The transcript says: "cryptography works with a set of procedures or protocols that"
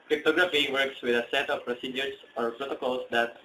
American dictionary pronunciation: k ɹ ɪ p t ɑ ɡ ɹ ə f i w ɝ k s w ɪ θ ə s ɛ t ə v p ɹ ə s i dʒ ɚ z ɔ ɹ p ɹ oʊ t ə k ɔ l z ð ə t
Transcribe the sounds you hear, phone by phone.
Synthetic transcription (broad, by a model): k ɹ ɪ p t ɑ ɡ ɹ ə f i w ɝ k s w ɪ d ə s ɛ t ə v p ɹ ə s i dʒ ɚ s ɔ ɹ p ɹ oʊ t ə k ɔ l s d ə t